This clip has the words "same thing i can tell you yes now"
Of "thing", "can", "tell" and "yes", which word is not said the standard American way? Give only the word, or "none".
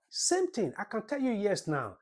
thing